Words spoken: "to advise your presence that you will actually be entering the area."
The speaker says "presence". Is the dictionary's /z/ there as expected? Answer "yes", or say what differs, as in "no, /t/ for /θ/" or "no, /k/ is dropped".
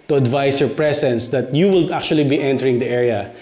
no, /s/ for /z/